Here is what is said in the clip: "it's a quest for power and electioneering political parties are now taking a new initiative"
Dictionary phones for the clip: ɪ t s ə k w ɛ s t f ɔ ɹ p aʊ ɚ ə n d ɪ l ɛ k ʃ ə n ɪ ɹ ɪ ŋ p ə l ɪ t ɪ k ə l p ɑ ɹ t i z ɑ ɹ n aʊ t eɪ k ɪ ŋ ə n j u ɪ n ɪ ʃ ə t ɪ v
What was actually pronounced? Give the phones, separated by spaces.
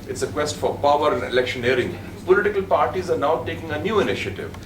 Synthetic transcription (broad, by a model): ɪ t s ə k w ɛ s t f ɔ ɹ p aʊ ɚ ə n d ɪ l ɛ k ʃ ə n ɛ ɹ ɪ ŋ p ə l ɪ t ɪ k ə l p ɑ ɹ t i z ɑ ɹ n aʊ t eɪ k ɪ ŋ ə n j u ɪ n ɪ ʃ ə t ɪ v